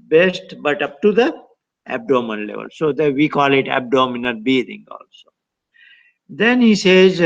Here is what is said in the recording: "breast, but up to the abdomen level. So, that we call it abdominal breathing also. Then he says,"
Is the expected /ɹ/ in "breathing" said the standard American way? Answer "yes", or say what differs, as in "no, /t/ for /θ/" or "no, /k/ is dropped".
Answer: no, /ɹ/ is dropped